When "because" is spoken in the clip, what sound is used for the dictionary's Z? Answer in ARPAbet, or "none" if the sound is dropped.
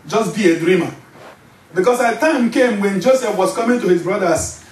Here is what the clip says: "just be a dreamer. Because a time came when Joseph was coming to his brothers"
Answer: S